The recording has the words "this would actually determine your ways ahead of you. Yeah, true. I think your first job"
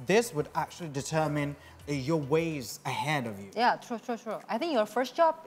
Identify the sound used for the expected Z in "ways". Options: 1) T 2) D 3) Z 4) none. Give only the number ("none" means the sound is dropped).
3